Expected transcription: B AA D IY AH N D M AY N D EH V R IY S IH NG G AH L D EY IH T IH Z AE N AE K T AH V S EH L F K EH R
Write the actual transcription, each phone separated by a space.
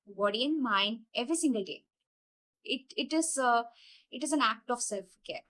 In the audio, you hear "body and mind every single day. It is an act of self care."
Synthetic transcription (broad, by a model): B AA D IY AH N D M AY N D EH V R IY S IH NG G AH L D EY IH T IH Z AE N AE K T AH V S EH L F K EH R